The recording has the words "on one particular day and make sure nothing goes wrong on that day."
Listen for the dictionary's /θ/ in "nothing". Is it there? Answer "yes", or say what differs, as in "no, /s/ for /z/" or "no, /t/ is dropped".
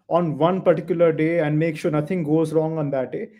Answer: no, /t/ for /θ/